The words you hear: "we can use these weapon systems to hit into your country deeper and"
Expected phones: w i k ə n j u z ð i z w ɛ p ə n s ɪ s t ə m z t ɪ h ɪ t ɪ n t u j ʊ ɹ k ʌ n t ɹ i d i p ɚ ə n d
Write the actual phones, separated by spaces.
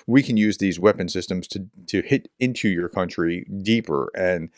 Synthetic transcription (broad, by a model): w i k ə n j u z ð i z w ɛ p ə n s ɪ s t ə m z t ɪ h ɪ t ɪ n t u j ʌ ɹ k ʌ n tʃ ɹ i d i p ɚ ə n